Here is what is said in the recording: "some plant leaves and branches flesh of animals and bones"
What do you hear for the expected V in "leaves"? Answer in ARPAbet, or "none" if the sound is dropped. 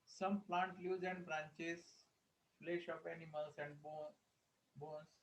none